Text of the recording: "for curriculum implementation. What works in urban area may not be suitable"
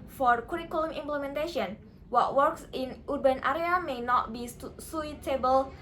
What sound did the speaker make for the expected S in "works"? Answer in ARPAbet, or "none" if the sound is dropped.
S